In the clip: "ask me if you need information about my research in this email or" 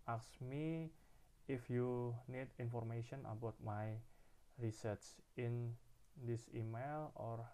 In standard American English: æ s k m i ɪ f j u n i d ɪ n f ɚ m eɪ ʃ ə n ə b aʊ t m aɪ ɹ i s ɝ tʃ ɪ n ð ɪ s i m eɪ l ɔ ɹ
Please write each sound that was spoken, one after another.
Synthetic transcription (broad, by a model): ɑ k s m i ɪ f j u n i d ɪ n f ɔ m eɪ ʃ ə n ə b aʊ t m aɪ ɹ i s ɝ s ɪ n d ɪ s i m eɪ l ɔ ɹ